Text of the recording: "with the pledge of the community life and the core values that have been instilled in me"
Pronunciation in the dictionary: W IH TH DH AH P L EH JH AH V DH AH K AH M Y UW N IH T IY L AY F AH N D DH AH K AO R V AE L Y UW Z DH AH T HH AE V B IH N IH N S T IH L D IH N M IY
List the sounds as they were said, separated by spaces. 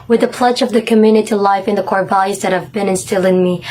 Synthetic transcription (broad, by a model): W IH DH AH P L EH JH AH V DH AH K AH M Y UW N IH T IY L AY F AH N DH AH K AO R B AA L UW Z DH AH T HH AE V B IH N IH N S T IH L IH N M IY